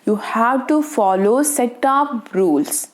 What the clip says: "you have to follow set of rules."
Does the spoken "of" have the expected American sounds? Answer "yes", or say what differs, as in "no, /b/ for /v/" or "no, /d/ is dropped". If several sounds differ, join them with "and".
no, /p/ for /v/